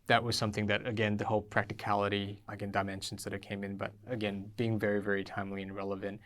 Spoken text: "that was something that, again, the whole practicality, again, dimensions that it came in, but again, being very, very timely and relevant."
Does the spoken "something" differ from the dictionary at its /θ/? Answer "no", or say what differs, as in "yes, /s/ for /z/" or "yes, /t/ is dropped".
no